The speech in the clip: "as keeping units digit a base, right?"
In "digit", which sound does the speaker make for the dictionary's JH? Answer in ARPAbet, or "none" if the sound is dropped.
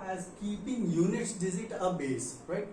Z